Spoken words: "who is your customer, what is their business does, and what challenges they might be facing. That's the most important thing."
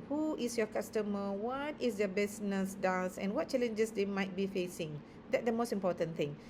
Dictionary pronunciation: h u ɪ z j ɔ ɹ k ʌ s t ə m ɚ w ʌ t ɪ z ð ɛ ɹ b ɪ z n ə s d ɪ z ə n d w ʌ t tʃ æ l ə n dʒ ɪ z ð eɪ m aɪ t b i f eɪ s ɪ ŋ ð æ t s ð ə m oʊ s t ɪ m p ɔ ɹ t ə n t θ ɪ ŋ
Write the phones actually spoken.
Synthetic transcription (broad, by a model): h u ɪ s j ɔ k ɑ s t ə m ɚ w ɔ t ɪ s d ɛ b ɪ s n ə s d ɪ s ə n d w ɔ t tʃ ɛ l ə n dʒ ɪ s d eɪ m aɪ t b i f eɪ s ɪ ŋ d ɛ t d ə m oʊ s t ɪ m p ɔ t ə n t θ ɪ ŋ